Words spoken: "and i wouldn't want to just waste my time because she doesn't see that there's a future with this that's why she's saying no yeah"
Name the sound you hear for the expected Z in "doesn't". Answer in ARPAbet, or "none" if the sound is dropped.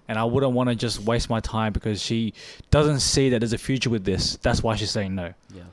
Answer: Z